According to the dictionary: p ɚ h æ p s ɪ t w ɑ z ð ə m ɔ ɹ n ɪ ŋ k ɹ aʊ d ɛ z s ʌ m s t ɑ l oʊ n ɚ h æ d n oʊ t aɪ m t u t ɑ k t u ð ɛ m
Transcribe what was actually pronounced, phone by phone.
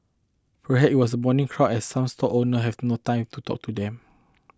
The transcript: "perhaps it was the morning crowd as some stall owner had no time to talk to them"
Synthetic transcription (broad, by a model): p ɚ h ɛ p ɪ t w ɑ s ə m ɔ n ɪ ŋ k ɹ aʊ ɛ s s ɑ m s t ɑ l oʊ n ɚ h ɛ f n oʊ t aɪ m t u t ɑ k t u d ɛ m